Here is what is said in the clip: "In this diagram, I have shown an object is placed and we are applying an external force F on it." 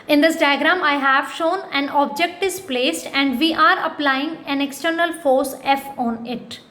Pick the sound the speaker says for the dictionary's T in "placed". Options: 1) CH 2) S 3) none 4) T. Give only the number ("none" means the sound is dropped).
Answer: 4